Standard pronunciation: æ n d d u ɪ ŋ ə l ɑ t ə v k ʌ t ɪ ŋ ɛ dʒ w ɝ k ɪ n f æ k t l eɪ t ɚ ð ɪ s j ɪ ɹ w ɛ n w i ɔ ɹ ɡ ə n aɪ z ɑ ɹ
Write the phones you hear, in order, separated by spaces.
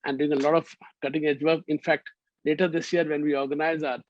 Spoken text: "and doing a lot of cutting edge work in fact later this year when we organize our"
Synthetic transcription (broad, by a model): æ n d d u ɪ ŋ ə l ɑ t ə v k ʌ t ɪ ŋ ɛ dʒ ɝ ɪ n f æ k t l eɪ t ɚ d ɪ s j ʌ ɹ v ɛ n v i ɔ ɹ ɡ ə n aɪ z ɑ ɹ